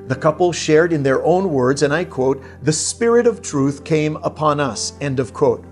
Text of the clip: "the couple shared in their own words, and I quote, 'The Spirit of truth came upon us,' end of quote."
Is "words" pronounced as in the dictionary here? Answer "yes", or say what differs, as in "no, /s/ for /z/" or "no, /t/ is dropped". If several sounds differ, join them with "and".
yes